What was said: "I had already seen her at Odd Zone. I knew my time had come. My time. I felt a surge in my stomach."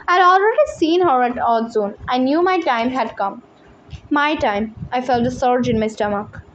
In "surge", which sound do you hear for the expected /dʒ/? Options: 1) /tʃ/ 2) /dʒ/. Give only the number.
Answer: 2